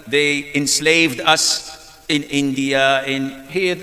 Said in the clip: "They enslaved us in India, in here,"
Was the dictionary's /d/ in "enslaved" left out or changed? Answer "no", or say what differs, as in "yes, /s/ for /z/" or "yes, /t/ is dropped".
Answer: no